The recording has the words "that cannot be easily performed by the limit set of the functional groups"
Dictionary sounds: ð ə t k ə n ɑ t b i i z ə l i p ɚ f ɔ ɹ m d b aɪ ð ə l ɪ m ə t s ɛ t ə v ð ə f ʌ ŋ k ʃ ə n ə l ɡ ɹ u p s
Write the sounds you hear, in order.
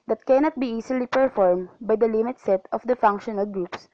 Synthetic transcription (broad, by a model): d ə t k ə n ɑ t b i i s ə l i p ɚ f ɔ ɹ m b aɪ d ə l ɪ m ə t s ɛ t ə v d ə f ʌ ŋ k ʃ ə n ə l ɡ ɹ u p s